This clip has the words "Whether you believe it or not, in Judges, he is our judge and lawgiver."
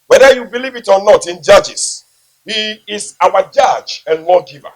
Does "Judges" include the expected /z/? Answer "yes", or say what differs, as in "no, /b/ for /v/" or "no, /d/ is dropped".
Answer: no, /s/ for /z/